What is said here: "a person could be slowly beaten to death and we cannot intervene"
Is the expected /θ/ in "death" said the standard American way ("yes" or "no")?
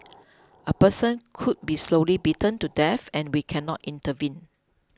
no